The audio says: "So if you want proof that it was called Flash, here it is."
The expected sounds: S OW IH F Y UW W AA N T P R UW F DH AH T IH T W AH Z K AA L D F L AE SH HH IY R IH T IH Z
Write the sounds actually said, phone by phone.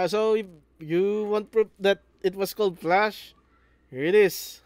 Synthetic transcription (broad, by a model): S OW IH F Y UW W AA N T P R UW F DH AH T IH T W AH S K AA L D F L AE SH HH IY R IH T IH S